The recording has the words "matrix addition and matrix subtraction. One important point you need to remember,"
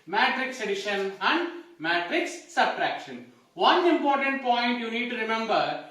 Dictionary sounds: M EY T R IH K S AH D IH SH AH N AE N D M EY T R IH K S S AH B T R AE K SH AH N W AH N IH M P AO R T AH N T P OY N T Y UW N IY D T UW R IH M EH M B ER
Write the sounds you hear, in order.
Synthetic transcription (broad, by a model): M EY T R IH K S AH D IH SH AH N AE N D M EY T R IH K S S AH B T R AE K SH AH N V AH N IH M P AO R T AH N T P OY N T Y UW N IY D T UW R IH M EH M B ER